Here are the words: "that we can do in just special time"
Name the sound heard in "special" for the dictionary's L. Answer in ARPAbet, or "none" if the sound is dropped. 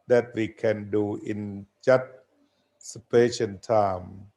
N